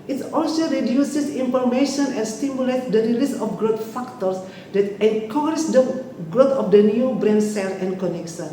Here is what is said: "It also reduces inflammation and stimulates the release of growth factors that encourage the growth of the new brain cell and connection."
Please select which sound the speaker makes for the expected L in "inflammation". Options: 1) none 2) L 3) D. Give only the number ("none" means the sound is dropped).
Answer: 1